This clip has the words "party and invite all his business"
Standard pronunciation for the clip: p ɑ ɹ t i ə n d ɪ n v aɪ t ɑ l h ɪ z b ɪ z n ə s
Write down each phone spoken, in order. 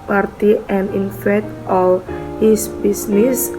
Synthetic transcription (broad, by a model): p ɑ ɹ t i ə n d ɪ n f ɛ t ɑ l h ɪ s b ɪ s n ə s